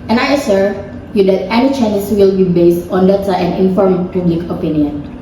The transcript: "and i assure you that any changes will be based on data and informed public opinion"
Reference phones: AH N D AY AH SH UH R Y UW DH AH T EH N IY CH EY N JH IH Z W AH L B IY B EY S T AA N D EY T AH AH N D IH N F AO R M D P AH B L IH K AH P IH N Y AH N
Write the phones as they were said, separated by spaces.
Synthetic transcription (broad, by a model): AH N AY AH S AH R Y UW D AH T EH N IY CH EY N IH S W AH L B IY B EY S T AA N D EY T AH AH N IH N F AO R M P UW B L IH K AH P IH N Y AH N